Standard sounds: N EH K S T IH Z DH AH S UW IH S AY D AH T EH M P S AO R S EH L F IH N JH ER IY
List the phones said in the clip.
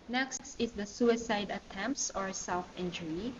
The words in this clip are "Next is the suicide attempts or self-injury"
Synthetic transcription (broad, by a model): N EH K S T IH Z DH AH S UW IH S AY D AH T EH M P S AO R S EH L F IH N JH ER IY